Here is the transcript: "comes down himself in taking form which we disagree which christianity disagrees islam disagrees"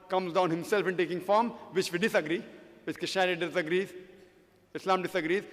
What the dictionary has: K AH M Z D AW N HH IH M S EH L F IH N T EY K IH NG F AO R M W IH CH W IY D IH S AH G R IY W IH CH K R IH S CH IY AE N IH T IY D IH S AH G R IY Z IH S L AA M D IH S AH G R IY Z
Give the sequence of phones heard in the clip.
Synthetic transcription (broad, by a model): K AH M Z D AW N HH IH M S EH L F IH N T EY K IH NG F AO R M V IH CH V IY D IH S AH G R IY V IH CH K IH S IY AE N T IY D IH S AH G R IY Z IH S L AA M D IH S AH G R IY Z